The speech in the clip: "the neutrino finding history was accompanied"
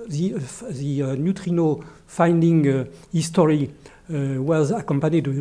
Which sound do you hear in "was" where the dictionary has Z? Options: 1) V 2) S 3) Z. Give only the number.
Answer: 3